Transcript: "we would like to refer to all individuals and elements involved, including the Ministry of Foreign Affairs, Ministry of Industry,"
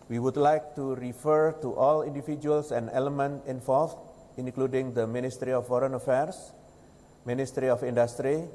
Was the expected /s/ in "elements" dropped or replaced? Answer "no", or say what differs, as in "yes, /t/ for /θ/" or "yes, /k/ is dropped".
yes, /s/ is dropped